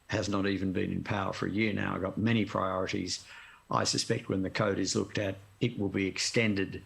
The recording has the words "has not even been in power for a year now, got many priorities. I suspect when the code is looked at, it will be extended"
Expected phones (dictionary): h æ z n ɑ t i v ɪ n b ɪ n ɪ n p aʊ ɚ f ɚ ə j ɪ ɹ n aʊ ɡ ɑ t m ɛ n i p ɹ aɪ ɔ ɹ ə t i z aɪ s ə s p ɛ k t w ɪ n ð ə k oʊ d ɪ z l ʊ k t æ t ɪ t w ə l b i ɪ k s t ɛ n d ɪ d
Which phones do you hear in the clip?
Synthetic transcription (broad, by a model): h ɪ z n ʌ t i v ɪ n b ɪ n ɪ n p aʊ ɚ f ɚ ə j ɪ ɹ n aʊ ɡ ɑ t m ɛ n i p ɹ aɪ ɔ ɹ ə t i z aɪ s ə s p ɛ k t w ɪ n ð ə k oʊ d ɪ z l ʊ k t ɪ t ɪ t w ə l b i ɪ k s t ɛ n d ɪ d